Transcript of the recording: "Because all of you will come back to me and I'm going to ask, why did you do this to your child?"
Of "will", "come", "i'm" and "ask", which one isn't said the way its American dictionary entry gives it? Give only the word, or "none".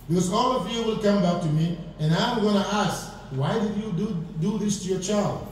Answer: none